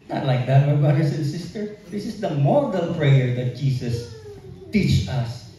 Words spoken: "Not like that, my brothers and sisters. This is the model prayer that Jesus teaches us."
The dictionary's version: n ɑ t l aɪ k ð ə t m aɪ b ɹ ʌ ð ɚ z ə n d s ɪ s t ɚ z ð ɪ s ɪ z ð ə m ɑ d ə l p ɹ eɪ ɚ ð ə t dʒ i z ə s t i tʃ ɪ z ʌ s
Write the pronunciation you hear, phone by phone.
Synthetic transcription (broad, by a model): n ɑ t l aɪ k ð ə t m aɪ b ɹ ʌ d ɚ s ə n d s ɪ s t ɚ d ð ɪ s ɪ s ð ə m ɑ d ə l p ɹ eɪ ɚ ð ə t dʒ i s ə s t i tʃ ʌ s